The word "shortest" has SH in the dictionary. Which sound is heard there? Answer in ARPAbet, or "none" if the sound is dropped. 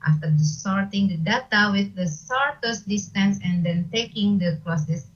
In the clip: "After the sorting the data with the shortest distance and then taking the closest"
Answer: S